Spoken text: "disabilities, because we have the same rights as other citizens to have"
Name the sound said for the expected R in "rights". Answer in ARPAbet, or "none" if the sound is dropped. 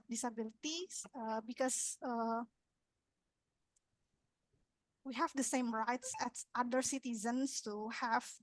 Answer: R